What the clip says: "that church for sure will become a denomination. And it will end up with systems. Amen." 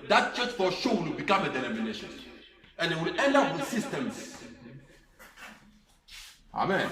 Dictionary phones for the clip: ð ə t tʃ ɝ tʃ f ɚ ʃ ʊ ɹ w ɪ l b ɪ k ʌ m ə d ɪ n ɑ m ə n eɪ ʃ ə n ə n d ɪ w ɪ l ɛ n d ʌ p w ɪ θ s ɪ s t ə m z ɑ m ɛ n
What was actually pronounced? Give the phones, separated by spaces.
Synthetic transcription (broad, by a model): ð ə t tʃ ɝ s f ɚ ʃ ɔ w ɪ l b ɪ k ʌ m ə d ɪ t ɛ m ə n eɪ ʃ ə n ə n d ɪ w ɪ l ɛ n ʌ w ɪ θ s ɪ s t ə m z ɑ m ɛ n